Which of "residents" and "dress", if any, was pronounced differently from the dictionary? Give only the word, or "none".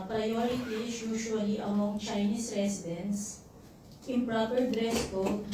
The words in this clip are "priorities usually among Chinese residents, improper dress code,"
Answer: residents